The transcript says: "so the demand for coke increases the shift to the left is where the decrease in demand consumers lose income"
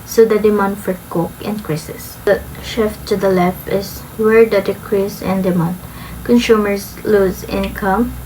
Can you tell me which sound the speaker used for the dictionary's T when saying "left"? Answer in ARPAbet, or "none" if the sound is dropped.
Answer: none